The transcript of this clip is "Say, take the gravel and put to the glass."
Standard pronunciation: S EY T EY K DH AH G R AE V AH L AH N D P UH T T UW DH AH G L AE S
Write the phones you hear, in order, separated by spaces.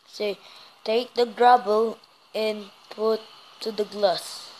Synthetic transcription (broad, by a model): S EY T EY K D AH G R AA B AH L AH N P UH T T UW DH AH G L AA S